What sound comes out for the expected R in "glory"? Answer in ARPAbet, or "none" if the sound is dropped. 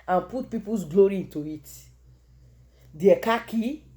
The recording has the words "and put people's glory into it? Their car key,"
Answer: R